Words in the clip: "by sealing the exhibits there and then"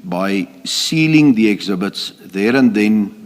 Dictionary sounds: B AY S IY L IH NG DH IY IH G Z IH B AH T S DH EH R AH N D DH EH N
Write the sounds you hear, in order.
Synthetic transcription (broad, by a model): B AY S IY L IH NG DH IY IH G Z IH B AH T S DH EH R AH N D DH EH N